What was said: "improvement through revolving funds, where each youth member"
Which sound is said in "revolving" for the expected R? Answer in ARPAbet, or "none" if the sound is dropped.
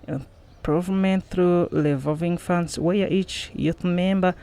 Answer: L